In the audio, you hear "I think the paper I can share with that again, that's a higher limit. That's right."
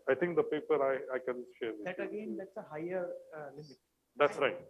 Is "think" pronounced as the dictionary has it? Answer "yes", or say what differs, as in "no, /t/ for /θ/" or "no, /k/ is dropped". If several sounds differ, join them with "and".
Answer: no, /t/ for /θ/